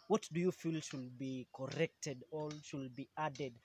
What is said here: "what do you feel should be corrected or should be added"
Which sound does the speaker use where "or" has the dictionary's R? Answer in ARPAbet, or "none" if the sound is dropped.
L